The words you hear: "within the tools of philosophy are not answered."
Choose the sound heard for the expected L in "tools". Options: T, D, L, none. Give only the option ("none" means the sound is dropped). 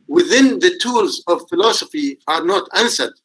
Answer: L